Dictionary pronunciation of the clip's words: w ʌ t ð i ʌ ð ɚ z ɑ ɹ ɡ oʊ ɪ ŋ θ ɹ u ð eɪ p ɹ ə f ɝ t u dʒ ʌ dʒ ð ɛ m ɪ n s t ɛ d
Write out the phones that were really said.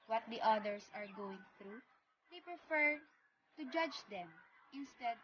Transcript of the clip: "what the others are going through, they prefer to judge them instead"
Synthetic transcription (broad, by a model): w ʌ t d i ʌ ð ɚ s ɑ ɹ ɡ oʊ ɪ ŋ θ ɹ u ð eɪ p ɹ ə f ɝ t u dʒ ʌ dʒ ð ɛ m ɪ n s t ɛ d